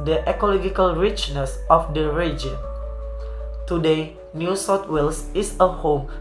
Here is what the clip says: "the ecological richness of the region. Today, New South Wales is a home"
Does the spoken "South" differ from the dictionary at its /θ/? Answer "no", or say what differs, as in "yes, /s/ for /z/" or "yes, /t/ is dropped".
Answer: yes, /t/ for /θ/